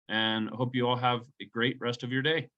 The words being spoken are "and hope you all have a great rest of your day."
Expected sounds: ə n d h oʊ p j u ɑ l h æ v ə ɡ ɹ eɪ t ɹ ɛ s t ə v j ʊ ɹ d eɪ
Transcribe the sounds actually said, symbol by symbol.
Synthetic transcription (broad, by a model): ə n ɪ h oʊ p j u ɑ l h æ v ə ɡ ɹ eɪ t ɹ ɛ s t ə v j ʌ ɹ d eɪ